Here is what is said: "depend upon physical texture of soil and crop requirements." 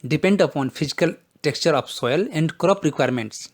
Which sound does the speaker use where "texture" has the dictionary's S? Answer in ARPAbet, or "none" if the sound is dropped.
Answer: S